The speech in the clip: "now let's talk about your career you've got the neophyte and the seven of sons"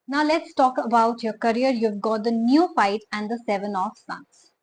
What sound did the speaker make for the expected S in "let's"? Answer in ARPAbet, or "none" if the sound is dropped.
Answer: S